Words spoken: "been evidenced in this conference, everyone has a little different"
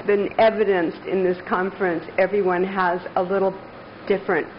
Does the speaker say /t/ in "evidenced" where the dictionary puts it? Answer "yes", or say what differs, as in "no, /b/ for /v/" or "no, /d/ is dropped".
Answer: yes